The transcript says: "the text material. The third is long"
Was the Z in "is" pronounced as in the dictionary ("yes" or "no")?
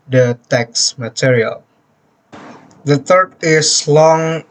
no